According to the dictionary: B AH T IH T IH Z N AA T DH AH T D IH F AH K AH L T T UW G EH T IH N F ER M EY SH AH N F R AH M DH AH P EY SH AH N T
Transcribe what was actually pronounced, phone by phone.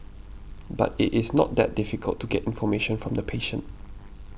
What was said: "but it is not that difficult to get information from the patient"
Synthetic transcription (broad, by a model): B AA T IH T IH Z N AA T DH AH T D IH F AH K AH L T T UW G EH T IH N F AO M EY SH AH N F R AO M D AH P EY SH AH N T